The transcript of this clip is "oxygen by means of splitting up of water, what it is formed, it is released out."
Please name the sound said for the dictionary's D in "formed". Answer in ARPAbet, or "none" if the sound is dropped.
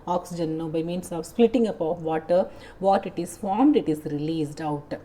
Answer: D